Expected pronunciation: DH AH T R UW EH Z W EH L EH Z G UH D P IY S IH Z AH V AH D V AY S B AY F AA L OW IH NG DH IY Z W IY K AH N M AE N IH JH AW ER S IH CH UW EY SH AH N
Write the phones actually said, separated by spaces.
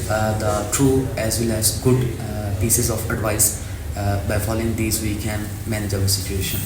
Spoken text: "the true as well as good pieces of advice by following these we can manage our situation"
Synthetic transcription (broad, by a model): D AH T R UW EH Z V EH L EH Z G UH D P IY S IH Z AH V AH D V AY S B AY F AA L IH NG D IY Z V IY K AH N M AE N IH JH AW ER S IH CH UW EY SH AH N